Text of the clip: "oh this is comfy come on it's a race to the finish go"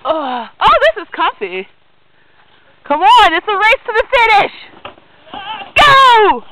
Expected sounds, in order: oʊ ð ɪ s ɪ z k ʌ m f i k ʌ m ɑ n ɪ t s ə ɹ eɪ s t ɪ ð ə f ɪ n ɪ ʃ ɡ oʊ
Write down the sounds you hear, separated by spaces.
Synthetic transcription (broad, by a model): oʊ ð ɪ s ɪ z k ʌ f i k ʌ m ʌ n ɪ t s ə ɹ eɪ s t ɪ ð ə f ɪ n ɪ ʃ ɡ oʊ